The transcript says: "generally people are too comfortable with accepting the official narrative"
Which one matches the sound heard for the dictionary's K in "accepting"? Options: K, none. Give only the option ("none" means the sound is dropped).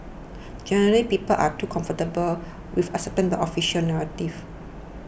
none